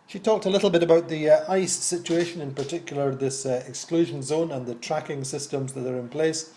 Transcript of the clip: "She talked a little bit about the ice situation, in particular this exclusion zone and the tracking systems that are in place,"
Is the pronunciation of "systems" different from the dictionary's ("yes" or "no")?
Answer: no